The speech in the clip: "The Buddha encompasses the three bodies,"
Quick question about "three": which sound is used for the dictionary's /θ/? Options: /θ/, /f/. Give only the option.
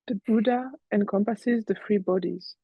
/f/